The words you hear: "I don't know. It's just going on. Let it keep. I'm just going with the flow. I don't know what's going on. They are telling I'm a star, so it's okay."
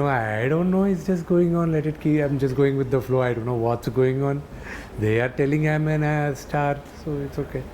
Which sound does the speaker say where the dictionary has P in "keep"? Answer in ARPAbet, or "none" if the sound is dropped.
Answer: none